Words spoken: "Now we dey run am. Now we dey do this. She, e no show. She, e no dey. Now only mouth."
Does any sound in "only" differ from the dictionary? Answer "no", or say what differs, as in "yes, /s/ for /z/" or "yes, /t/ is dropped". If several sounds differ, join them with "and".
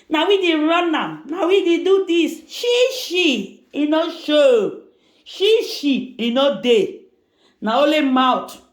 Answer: yes, /n/ is dropped